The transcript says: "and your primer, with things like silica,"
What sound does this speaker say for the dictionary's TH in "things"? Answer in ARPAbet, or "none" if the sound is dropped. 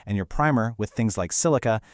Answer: TH